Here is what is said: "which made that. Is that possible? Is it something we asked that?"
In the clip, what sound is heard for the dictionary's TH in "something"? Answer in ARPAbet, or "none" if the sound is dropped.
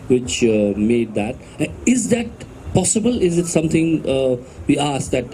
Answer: T